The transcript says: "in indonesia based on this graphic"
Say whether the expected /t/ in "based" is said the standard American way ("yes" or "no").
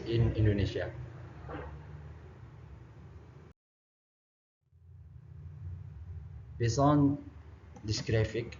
no